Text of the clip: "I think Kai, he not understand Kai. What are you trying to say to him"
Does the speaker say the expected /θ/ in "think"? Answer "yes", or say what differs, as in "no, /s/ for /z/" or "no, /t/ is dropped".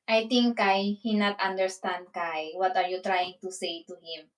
no, /t/ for /θ/